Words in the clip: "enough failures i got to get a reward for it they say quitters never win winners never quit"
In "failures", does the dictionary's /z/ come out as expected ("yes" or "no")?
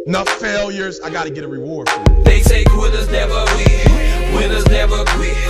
yes